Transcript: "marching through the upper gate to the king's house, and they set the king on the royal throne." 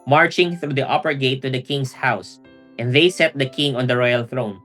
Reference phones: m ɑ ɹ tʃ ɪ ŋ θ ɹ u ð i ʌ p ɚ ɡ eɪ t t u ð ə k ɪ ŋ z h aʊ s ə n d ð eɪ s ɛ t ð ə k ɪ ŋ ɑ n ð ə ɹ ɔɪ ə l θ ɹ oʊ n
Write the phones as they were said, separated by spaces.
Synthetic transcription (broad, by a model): m ɑ ɹ tʃ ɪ ŋ θ ɹ u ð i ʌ p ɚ ɡ eɪ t t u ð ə k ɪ ŋ s h aʊ s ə n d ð eɪ s ɛ t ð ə k ɪ ŋ ɑ n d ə ɹ ɔɪ ə l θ ɹ oʊ n